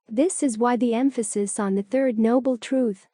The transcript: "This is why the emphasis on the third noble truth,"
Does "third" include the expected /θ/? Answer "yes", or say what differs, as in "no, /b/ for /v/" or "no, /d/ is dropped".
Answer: yes